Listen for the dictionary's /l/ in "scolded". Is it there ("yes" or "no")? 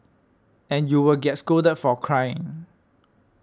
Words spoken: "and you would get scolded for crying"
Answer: no